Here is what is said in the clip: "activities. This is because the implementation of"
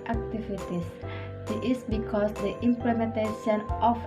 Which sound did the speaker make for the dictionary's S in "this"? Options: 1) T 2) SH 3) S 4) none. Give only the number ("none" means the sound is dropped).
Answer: 4